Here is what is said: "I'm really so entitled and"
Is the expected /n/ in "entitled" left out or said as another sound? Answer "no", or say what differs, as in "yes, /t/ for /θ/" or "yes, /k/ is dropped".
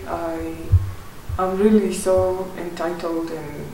no